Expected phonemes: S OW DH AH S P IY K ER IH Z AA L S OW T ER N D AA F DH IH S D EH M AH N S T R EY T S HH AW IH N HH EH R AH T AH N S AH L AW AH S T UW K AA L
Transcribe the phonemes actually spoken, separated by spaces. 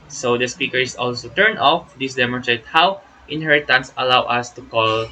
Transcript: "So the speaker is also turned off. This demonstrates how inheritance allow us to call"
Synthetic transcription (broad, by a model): S OW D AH S P IY K ER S AA L S OW T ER N AA F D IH S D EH M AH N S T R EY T HH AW IH N HH EH R AH T AH N S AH L AW AH S T UW K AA L